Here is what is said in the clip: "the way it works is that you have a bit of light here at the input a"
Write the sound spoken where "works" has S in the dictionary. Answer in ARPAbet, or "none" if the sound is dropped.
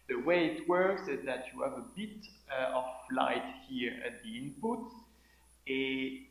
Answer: S